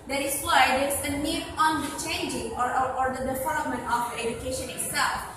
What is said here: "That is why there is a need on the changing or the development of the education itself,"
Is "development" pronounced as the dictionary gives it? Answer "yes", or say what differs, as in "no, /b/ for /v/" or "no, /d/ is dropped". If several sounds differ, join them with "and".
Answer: no, /f/ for /v/ and /p/ is dropped